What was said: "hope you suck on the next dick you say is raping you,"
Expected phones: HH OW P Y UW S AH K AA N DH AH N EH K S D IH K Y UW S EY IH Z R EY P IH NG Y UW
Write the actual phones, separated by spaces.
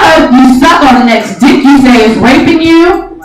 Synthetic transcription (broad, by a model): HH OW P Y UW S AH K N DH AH N EH K S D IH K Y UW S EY IH Z W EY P IH NG Y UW